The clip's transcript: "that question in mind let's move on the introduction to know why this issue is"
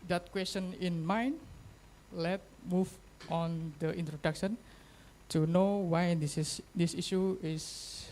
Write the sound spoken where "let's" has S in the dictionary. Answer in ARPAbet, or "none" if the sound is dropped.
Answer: none